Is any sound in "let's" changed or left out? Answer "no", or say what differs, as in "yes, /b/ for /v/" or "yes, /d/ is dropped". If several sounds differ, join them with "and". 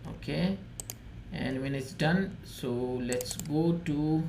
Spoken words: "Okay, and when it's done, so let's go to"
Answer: no